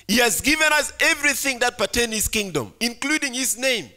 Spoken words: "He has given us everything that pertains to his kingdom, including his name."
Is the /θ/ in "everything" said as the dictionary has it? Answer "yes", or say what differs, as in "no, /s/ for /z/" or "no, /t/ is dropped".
yes